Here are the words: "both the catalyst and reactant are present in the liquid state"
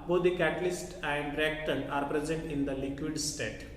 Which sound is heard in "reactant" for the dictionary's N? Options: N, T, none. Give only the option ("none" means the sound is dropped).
none